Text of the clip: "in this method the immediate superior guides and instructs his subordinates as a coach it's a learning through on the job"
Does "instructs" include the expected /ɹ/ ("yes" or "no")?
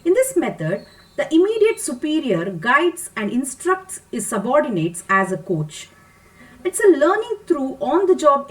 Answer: yes